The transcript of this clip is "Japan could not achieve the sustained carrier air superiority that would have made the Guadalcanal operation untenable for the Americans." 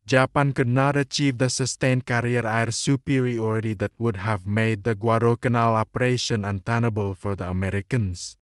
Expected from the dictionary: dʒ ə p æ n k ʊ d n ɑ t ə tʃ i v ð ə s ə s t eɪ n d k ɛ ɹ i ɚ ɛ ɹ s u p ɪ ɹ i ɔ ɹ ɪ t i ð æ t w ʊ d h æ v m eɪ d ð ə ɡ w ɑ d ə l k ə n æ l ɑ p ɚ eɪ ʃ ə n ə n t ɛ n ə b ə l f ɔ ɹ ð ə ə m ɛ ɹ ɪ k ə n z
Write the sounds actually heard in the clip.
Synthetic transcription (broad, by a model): dʒ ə p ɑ n k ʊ d n ɑ t ə tʃ i v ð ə s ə s t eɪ n k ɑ ɹ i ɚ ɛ ɹ s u p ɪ ɹ i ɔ ɹ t i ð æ t w ʊ d h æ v m eɪ d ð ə ɡ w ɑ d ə k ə n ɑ l ɑ p ɚ eɪ ʃ ə n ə n t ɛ n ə b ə l f ɔ ɹ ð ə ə m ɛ ɹ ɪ k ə n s